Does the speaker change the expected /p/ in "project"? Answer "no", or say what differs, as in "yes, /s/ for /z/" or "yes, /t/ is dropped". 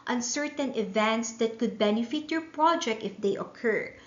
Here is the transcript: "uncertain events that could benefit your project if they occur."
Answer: no